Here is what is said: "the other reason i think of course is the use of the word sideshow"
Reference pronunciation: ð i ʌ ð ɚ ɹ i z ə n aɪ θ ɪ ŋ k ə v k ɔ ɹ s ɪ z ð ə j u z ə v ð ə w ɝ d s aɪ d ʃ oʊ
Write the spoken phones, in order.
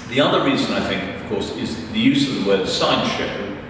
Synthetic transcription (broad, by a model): ð i ʌ ð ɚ ɹ i z ə n aɪ θ ɪ ŋ k ə v k ɔ ɹ s ɪ z ð ə j u z ə v ð ə w ɝ d s aɪ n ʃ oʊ